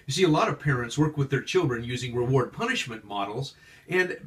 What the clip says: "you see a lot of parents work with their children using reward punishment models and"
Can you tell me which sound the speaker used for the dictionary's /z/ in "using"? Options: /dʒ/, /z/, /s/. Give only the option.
/z/